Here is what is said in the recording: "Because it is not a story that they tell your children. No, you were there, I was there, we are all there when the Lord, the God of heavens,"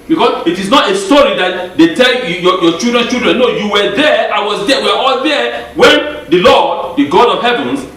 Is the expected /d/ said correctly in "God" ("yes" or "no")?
yes